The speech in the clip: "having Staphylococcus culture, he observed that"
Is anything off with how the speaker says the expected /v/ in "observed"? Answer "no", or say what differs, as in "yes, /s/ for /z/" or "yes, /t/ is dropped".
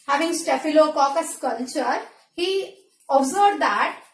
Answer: yes, /b/ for /v/